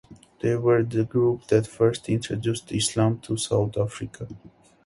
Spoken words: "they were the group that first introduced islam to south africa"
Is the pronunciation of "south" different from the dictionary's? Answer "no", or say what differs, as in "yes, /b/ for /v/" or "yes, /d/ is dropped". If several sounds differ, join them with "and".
yes, /t/ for /θ/